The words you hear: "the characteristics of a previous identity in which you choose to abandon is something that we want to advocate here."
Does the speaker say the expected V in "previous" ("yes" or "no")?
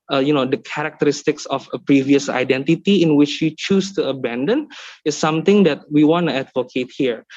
yes